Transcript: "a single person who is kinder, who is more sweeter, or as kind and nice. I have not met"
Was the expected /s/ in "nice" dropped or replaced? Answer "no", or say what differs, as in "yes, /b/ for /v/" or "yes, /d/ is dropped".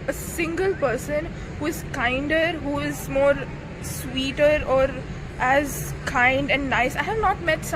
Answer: no